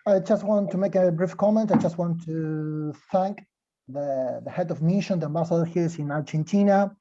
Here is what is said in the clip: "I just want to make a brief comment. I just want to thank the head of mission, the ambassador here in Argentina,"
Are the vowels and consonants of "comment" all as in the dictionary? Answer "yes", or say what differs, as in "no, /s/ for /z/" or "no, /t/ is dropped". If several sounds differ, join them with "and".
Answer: yes